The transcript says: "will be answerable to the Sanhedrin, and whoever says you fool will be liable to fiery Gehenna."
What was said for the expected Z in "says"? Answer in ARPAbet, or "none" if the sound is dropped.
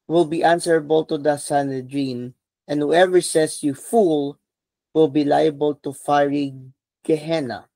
S